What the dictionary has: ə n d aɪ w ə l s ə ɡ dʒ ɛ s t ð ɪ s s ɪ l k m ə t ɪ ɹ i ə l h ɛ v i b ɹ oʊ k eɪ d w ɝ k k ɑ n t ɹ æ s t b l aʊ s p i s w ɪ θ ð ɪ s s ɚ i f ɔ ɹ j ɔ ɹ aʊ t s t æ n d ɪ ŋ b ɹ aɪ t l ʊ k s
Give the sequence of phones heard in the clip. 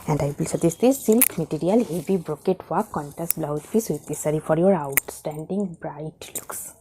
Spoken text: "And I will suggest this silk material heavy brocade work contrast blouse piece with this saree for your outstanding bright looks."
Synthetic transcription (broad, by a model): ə n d aɪ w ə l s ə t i s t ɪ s s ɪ l k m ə t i ɹ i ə l h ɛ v i b ɹ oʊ k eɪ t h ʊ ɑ k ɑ n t æ s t b l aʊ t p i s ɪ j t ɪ s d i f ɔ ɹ j ɔ ɹ aʊ t s t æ n d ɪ ŋ b ɹ aɪ t l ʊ k s